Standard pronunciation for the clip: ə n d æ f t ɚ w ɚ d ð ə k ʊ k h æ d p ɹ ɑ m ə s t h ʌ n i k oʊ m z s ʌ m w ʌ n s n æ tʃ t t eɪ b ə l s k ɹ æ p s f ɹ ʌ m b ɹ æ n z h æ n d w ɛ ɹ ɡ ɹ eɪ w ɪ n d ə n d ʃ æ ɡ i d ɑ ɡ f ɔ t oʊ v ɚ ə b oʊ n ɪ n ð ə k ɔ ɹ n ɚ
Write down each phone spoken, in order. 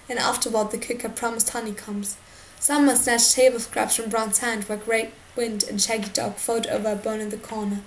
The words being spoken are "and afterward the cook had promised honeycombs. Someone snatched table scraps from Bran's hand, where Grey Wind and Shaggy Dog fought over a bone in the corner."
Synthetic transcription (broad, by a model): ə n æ f t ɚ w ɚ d ð ə k ʊ k h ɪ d p ɹ ɑ m ə s t h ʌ n i k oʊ m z s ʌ m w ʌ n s n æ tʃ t t eɪ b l s k ɹ æ p s f ɹ ʌ m b ɹ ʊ n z h æ n d w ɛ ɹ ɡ ɹ eɪ w ɪ n d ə n ʃ æ ɡ i d ɑ ɡ f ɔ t oʊ v ɚ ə b oʊ n ɪ n ð ə k ɔ ɹ n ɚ